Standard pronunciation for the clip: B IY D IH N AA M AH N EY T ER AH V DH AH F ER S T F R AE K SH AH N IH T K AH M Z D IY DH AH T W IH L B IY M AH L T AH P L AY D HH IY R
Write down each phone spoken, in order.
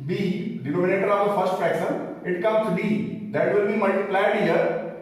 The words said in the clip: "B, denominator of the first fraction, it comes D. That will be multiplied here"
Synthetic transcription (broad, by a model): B IY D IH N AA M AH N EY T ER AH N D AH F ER S T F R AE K S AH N IH T K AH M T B IY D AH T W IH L B IY M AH L T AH P L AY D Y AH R